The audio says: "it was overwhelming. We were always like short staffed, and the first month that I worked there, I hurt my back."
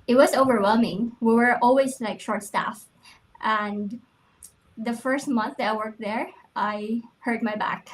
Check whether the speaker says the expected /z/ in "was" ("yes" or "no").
yes